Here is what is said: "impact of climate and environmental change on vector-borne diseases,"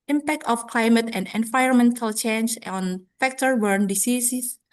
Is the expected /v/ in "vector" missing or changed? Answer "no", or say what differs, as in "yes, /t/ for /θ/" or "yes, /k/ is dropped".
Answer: yes, /f/ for /v/